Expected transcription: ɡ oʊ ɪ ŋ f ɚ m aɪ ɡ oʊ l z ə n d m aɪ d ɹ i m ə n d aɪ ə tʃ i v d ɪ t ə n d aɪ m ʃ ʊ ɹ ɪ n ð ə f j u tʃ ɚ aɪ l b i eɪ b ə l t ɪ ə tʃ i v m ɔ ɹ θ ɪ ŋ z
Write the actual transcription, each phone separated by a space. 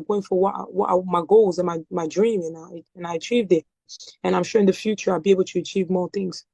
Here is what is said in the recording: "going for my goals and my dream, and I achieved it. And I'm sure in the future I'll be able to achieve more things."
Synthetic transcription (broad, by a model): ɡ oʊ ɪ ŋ f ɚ m aɪ ɡ oʊ l z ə n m m aɪ d ɹ i m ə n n aɪ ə tʃ i v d ɪ t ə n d aɪ m ʃ ʊ ɹ ɪ n ð ə f j u tʃ ɚ aɪ l b i eɪ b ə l t ɪ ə tʃ i v m ɔ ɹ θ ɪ ŋ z